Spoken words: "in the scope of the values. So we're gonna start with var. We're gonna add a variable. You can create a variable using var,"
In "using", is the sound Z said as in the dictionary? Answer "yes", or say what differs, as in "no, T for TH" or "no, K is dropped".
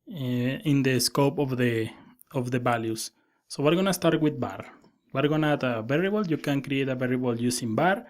no, S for Z